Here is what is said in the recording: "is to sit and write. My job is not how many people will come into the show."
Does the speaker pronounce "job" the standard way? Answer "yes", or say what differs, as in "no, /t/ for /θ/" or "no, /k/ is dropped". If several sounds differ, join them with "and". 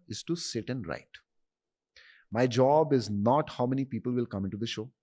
yes